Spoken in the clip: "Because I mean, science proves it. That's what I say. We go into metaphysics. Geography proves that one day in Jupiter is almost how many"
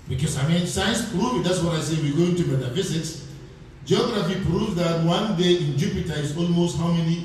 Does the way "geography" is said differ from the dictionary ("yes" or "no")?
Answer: no